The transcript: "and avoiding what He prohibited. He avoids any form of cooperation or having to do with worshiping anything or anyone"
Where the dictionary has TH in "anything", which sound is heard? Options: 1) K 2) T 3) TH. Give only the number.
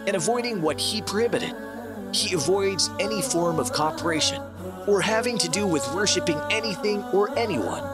3